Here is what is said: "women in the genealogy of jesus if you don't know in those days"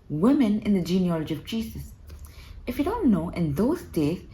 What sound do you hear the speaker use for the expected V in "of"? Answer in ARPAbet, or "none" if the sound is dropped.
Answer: V